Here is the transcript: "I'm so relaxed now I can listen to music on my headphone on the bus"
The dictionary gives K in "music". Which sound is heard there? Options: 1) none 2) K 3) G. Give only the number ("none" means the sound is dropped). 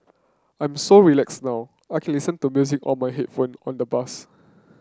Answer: 2